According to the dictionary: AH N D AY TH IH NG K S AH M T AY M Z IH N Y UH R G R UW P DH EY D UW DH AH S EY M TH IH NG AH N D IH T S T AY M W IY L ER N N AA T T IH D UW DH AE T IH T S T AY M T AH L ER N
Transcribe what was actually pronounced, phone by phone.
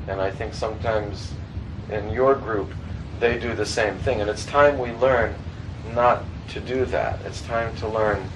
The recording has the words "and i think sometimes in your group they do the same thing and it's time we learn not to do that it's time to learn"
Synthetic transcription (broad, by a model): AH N AY TH IH NG K S AH M T AY M Z IH N Y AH R G R UW P DH EY D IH DH AH S EY M TH IH NG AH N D IH T S T AY M W IY L ER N N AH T T IH D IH DH AE T IH T S T AY M T AH L ER N